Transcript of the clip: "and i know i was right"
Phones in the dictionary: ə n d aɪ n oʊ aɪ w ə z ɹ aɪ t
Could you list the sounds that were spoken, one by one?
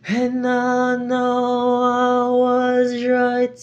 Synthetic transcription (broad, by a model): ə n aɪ n oʊ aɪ w ə z ɹ aɪ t